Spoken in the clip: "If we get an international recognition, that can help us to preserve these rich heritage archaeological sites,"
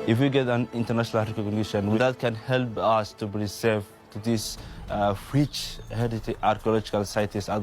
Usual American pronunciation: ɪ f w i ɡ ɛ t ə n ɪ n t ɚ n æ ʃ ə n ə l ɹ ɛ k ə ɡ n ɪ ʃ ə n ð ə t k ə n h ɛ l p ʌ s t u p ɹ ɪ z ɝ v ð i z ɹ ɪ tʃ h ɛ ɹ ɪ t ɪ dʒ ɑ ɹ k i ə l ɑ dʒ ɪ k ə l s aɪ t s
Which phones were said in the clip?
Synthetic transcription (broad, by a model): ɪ f w i ɡ ɛ t ə n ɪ n t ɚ n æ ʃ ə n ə l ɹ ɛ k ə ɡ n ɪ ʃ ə n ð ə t k ə n h ɛ l p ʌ s t u b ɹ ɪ s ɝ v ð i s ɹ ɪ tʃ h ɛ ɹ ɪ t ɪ ɑ ɹ k i ə l ɑ dʒ ɪ k ə l s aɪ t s